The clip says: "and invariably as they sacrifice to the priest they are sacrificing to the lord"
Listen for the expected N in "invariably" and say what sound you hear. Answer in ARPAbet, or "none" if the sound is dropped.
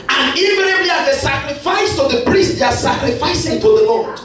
none